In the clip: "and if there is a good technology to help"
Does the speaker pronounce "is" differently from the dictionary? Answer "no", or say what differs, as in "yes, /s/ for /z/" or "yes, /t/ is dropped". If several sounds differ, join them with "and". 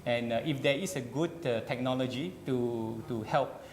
yes, /s/ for /z/